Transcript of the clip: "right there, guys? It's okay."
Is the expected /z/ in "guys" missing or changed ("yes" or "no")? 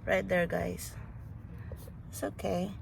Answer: yes